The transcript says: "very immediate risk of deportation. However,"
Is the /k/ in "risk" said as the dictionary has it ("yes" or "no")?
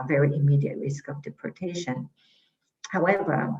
yes